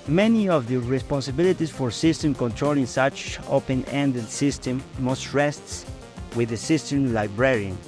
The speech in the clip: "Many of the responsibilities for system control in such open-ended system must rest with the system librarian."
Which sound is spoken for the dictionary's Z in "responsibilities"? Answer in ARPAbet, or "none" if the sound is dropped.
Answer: S